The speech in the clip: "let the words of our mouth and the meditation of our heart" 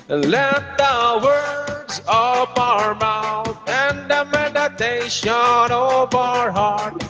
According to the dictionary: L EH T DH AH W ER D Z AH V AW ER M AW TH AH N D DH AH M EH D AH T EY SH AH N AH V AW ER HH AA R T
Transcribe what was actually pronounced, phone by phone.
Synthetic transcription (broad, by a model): L EH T DH AH W ER D Z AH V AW ER M AW TH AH N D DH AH M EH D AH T EY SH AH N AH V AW ER HH AA R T